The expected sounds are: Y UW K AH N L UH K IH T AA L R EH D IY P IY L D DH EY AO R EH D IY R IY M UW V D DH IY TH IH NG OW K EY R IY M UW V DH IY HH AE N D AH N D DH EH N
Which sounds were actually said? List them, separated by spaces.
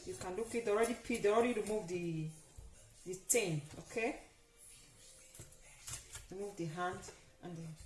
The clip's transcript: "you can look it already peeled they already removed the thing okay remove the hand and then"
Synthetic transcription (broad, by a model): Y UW K AH N L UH K IH T AA L R EH D IY P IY D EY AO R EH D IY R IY M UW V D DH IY T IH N OW K EY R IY M UW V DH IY HH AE N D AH N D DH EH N